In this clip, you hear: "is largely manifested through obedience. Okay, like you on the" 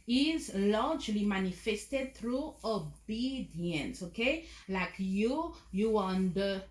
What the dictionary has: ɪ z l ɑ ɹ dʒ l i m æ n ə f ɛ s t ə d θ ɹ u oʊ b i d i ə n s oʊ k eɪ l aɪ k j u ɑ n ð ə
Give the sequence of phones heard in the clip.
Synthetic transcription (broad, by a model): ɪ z l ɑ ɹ dʒ l i m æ n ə f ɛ s t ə d t ɹ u oʊ b i d i ə n s oʊ k eɪ l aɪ k j u ɑ n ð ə